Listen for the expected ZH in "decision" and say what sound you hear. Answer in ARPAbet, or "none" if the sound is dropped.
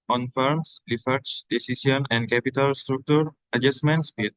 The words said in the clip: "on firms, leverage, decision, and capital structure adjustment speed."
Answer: S